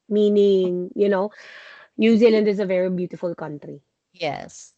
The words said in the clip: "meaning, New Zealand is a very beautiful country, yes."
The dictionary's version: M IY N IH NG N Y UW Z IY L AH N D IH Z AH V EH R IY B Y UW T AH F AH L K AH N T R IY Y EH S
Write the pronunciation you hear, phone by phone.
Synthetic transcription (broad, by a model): M IY N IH NG N Y UW Z IY L AH N D IH Z AH V EH R IY B Y UW T AH F AH L K AH N T R IY Y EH S